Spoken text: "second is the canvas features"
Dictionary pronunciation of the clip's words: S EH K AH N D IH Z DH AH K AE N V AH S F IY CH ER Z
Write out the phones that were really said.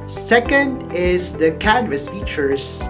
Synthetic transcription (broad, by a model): S EH K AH N D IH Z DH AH K AE N V AH S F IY CH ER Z